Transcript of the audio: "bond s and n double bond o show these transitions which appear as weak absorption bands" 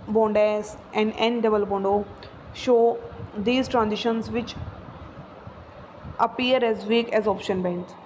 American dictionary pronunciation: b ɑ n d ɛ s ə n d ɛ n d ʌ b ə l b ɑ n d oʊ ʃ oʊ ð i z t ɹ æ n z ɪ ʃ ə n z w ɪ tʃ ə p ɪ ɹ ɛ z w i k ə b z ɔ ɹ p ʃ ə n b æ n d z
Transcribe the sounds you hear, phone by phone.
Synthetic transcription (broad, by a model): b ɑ n d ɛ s ə n d ɛ n d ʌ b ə l b ɑ n d oʊ ʃ oʊ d i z t ɹ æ n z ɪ ʃ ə n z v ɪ tʃ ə p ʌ ɹ ɛ z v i k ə z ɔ p ʃ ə n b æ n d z